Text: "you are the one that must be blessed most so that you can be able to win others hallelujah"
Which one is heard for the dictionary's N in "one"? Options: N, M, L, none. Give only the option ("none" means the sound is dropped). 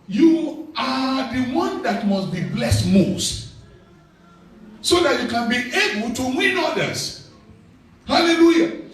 N